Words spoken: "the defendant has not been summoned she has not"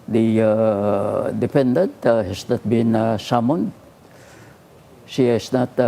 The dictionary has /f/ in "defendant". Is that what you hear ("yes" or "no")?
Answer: no